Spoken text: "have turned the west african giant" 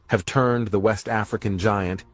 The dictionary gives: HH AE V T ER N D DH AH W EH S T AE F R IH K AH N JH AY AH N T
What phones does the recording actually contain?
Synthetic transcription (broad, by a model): HH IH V T ER N DH AH W EH S T AE F R IH K AH N JH AY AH N T